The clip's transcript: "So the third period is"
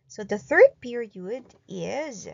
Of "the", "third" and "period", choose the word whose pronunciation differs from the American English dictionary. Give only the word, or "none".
none